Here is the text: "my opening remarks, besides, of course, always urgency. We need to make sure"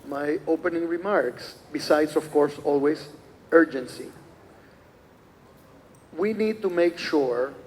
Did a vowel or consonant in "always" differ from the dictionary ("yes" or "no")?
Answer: yes